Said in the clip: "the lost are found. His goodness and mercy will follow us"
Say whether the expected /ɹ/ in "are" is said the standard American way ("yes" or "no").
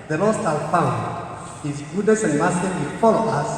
no